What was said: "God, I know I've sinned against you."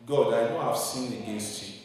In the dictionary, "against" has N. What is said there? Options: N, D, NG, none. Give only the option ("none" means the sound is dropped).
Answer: N